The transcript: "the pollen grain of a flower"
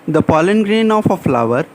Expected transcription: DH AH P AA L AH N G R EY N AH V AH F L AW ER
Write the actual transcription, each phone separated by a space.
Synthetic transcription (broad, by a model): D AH P AA L AH N G R EY N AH F AH F L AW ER